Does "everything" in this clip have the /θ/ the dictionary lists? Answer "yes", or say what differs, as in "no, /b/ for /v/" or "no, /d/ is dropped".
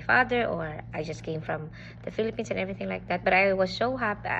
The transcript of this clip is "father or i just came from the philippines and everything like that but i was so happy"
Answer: yes